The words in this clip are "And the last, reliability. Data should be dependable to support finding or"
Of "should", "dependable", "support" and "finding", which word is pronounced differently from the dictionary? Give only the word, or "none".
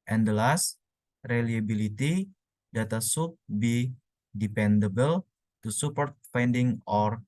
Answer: should